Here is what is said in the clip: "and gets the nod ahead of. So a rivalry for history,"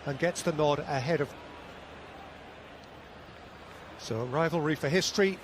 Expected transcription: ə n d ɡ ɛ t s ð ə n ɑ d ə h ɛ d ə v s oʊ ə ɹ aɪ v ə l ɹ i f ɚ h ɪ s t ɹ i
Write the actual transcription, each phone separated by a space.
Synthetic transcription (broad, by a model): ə n ɡ ɛ t s ð ə n ɑ d ə h ɛ d ə v s oʊ ə ɹ aɪ v ə l ɹ i f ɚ h ɪ s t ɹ i